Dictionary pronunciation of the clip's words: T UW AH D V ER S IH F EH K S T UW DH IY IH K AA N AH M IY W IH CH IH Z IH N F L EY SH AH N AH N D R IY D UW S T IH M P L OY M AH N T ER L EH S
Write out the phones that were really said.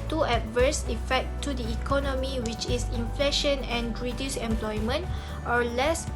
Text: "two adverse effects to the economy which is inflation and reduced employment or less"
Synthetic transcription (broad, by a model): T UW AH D V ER S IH F EH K T UW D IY K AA N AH M IY W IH CH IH S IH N F L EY SH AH N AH N R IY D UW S IH M P L OY M AH N T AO L EH S